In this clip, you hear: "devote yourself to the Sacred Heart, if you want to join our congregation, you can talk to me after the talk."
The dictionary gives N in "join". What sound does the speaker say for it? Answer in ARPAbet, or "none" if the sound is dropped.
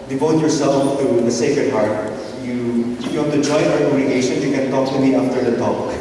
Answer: none